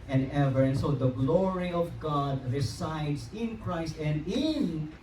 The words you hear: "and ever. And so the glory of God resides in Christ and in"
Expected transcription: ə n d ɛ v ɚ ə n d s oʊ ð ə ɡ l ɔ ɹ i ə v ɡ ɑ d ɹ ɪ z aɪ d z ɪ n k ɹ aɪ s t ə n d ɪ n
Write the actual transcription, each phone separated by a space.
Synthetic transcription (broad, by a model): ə n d ɛ v ɚ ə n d s oʊ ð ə ɡ l ɔ ɹ i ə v ɡ ɑ d ɹ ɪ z aɪ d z ɪ n k ɹ aɪ s t ə n d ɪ n